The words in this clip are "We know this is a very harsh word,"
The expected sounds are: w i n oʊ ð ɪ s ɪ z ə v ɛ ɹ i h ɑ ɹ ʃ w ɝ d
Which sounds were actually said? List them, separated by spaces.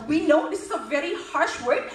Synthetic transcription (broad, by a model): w i n oʊ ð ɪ s ɪ z ə v ɛ ɹ i h ɑ ɹ ʃ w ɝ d